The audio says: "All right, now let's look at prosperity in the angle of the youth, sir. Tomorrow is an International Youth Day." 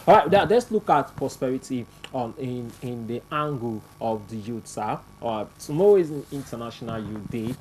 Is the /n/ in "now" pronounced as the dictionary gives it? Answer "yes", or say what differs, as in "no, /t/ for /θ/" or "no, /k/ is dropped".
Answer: no, /l/ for /n/